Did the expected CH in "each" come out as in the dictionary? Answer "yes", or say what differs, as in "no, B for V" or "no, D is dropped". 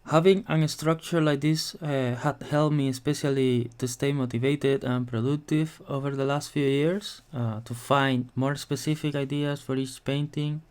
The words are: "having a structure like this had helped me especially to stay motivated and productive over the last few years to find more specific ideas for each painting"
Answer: yes